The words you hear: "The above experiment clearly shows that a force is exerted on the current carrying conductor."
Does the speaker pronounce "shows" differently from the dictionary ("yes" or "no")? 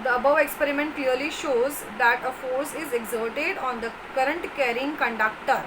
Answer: no